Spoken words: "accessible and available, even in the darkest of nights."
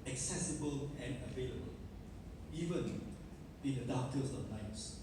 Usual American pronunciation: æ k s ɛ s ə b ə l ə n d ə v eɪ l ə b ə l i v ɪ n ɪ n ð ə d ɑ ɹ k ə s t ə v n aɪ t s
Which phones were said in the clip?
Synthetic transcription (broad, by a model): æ k s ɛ s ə b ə l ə n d ə v eɪ l ə b ə l i v ɪ n ɪ n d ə d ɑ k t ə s ə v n aɪ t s